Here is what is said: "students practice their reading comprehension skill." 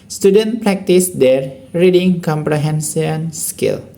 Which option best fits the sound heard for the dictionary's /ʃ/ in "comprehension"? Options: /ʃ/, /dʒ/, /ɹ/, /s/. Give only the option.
/s/